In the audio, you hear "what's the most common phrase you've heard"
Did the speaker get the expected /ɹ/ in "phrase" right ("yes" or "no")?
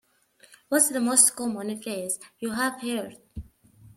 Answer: no